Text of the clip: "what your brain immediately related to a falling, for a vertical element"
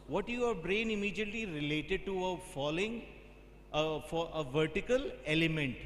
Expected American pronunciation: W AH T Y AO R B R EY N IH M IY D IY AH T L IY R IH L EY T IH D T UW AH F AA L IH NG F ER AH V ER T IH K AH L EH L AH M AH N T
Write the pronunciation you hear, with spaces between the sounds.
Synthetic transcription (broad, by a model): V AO T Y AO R B R EY N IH M IY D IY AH T L IY R IH L EY T IH D T UW AH F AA L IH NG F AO AH V ER T IH K AH L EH L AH M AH N T